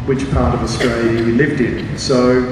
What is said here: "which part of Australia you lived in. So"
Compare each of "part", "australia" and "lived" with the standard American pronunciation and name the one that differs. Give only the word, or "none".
none